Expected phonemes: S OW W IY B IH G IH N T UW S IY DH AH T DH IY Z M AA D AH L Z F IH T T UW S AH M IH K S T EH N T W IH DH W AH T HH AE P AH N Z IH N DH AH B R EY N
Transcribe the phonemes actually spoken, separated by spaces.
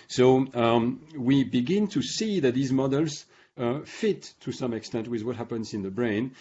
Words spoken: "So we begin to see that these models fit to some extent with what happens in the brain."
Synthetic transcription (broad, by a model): S OW W IY B IH G IH N T UW S IY DH AH T DH IY Z M AA D AH L Z F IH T T UW S AH M IH K S T EH N T W IH DH W AH T HH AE P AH N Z IH N DH AH B R EY N